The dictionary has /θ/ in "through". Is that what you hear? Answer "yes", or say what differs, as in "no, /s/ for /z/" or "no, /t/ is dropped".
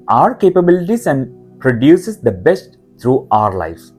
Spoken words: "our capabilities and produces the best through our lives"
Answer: no, /t/ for /θ/